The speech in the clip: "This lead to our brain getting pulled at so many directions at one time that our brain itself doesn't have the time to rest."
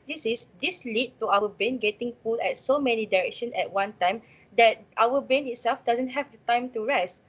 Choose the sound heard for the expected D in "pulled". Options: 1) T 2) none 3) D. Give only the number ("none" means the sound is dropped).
2